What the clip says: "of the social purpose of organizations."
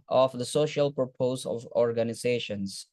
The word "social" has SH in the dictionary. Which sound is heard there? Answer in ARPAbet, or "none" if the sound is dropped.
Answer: SH